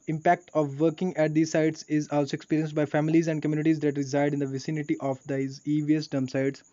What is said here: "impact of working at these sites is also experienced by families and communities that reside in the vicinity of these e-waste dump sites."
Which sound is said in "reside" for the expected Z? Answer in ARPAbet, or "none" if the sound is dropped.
Z